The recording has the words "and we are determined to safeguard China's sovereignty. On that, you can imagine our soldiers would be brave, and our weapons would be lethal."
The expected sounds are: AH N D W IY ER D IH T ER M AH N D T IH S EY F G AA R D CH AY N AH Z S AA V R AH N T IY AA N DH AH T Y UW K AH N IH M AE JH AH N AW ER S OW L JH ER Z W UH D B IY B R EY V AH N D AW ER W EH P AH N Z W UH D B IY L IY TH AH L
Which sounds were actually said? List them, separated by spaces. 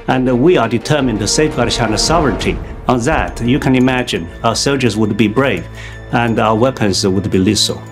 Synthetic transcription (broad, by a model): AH N W IY ER D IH T ER M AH N T IH S EY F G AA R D SH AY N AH S AA V R AH N T IY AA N DH AH T Y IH K AH N IH M AE JH AH N AW ER S OW L JH ER Z W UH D B IY B R EY V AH N AW ER W EH P AH N Z W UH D B IY L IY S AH L